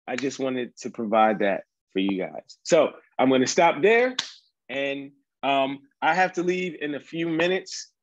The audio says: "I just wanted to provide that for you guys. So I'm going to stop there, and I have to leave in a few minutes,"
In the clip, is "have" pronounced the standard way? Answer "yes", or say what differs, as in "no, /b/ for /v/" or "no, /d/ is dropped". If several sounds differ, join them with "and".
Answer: no, /f/ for /v/